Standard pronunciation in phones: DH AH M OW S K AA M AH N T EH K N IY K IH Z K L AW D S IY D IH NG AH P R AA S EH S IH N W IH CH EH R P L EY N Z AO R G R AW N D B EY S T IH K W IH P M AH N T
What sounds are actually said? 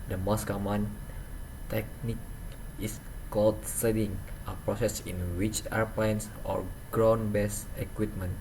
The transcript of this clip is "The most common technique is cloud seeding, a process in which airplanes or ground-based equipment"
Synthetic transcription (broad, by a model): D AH M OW S K AA M AH N T EH K N IY K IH S K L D S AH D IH NG AH P R AA S EH S IH N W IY CH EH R P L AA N S AO R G R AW N B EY S IH K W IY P M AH N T